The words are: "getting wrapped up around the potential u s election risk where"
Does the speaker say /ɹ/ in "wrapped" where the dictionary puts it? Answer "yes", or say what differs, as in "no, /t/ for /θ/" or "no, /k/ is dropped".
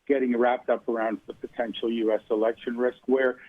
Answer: yes